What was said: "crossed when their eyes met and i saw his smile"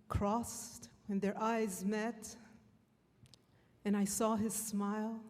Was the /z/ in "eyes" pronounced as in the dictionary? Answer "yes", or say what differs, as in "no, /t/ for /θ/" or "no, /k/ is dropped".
yes